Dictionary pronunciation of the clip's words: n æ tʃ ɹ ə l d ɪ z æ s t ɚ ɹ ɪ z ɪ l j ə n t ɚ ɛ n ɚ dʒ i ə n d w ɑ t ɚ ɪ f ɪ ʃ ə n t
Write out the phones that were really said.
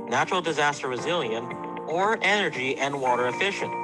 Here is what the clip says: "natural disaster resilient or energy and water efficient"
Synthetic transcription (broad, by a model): n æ tʃ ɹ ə l d ɪ z æ s t ɚ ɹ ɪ z ɪ l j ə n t ɚ ɛ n ɚ dʒ i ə n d w ɑ t ɚ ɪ f ɪ ʃ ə n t